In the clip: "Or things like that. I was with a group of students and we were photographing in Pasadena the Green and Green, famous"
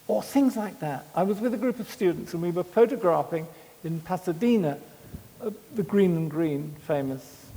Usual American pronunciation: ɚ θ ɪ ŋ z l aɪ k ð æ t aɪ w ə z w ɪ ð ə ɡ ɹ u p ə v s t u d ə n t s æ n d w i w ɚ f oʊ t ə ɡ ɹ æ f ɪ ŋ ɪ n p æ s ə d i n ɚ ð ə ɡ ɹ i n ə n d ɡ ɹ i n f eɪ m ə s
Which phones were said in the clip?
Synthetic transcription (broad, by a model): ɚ θ ɪ ŋ z l aɪ k ð æ t aɪ w ə z w ɪ ð ə ɡ ɹ u p ə v s t u d n t s n w i w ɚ f oʊ t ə ɡ ɹ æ f ɪ ŋ ɪ n p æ s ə d i n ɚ ð ə ɡ ɹ i n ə n ɡ ɹ i n f eɪ m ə s